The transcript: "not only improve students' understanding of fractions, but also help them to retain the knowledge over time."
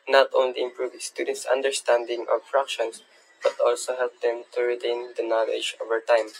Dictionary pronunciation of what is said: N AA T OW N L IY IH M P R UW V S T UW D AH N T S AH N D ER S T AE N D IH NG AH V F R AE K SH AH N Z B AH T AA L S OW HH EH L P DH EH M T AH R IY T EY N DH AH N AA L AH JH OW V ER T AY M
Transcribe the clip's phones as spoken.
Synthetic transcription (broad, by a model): N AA T OW N L IY IH M P R UW V S T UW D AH N T S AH N D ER S T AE N D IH NG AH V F R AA K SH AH N S B AH T AA L S OW HH EH L P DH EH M T AH R IY T EY N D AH N AA L AH JH OW V ER T AY M